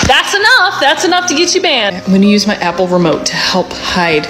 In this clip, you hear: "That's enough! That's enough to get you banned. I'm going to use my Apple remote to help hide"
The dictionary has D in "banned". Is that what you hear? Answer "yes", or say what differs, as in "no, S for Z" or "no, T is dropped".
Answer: no, D is dropped